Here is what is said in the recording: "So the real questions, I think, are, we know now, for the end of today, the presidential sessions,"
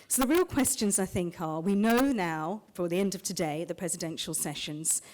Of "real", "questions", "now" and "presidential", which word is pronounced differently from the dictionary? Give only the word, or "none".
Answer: none